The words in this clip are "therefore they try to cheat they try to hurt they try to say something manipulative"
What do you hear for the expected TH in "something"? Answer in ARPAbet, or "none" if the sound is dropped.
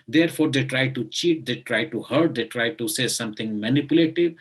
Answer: T